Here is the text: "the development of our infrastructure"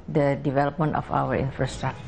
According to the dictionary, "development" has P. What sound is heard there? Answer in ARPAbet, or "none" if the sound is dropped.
P